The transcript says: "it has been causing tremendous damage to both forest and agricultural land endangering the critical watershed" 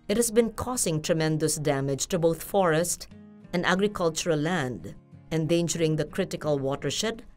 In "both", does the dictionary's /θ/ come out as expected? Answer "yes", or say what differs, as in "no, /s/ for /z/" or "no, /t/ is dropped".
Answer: no, /t/ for /θ/